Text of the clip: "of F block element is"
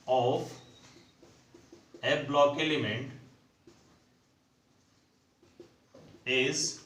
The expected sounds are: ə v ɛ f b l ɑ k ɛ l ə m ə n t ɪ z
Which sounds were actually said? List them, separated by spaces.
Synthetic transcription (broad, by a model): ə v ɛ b l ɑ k ɛ l ə m ə n t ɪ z